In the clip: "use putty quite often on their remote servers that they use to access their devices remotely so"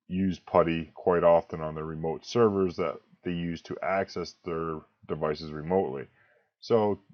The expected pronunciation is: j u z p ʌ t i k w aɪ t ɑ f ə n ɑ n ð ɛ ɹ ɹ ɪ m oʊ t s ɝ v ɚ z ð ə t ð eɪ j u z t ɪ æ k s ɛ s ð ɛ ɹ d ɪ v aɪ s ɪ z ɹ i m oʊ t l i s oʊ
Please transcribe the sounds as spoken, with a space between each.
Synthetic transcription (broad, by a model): j u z p ʌ t i k w aɪ t ɑ f ə n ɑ n ð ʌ ɹ ɹ ɪ m oʊ t s ɝ v ɚ z ð ə t ð eɪ j u z t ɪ æ k s ɛ s ð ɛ ɹ d ɪ v aɪ s ɪ z ɹ i m oʊ t l i s oʊ